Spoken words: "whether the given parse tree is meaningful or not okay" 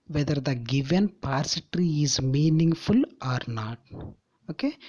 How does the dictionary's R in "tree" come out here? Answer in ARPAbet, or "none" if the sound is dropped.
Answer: R